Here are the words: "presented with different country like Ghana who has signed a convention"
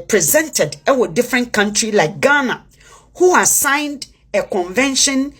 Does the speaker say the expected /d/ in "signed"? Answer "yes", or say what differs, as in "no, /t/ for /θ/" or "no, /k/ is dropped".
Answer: yes